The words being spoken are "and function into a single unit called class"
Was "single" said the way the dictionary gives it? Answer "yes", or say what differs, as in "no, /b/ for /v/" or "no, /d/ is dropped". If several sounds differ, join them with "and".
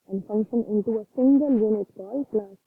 yes